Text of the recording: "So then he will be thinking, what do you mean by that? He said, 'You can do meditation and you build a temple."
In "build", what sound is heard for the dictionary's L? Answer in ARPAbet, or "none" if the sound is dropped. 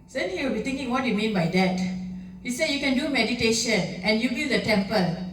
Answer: none